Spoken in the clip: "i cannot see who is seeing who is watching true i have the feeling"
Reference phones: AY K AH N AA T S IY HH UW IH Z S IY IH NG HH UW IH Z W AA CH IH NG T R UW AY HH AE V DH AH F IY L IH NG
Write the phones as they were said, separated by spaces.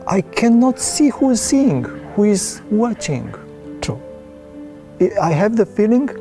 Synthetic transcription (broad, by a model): AY K AH N AA T S IY HH UW IH Z S IY IH NG HH UW IH Z W AA CH IH NG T UW AY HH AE V DH AH F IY L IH NG